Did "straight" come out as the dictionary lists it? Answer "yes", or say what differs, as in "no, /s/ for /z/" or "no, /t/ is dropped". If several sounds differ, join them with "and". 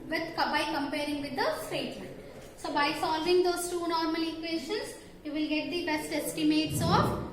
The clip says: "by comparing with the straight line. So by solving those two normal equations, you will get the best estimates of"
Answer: no, /ɹ/ is dropped